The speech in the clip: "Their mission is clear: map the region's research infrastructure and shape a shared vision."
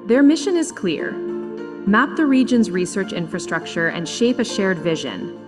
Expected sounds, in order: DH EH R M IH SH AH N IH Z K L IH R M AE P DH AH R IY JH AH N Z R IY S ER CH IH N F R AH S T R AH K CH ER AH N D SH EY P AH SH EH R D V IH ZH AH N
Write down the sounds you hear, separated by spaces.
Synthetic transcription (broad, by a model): DH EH R M IH SH AH N IH Z K L IH R M AE P DH AH R IY JH AH N Z R IY S ER CH IH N F R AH S T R AH K CH ER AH N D SH EY P AH SH EH R D V IH ZH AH N